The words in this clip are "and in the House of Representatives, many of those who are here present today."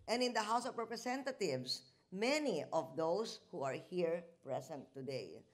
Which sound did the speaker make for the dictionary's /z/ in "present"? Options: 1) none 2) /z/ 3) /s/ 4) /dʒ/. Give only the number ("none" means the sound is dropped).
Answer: 3